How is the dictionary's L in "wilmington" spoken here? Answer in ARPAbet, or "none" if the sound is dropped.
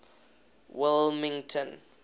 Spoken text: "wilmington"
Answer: L